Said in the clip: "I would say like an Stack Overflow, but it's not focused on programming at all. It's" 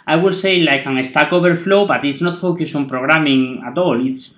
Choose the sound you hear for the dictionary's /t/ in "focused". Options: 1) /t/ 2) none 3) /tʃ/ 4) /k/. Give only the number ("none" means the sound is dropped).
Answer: 2